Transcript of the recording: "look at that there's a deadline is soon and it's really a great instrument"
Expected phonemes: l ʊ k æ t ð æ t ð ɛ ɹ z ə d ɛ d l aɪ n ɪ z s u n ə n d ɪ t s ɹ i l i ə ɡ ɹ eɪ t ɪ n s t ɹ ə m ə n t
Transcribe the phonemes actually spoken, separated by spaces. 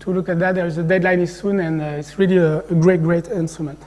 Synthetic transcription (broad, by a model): l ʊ k æ t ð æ t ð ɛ ɹ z ə d ɛ d l aɪ n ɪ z s u n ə n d ɪ t s ɹ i l i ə ɡ ɹ eɪ t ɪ n s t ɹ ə m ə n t